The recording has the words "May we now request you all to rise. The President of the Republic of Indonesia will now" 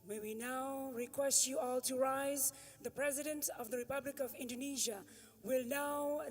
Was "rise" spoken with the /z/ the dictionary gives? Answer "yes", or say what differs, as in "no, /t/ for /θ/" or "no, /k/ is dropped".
yes